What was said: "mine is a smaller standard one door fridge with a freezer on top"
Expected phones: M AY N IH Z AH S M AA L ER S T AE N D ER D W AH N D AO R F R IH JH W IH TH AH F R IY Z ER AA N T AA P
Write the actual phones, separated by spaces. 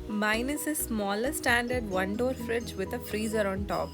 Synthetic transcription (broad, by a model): M AY N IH S AH S M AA L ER S T AE N D ER D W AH N D AO R F R IH JH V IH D AH F R IY Z ER AA N T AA P